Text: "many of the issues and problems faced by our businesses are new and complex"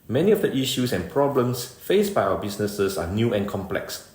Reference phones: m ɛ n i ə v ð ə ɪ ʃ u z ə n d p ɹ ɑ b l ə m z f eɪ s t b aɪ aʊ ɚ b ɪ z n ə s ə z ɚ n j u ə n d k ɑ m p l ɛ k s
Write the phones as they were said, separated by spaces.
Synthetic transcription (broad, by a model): m ɛ n i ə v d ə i ʃ u s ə n p ɹ ɑ b l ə m s f eɪ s b aɪ aʊ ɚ b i s n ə s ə s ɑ n j u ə n k ɑ m p l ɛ k s